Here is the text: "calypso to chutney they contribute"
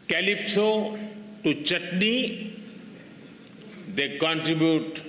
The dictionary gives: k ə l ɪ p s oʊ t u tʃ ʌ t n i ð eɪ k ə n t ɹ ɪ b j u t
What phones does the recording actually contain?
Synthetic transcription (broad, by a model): k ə l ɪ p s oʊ t u tʃ ʌ t n i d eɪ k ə n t ɹ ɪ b j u t